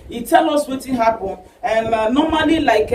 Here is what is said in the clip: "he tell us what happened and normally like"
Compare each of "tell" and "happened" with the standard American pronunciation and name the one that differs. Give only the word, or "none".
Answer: happened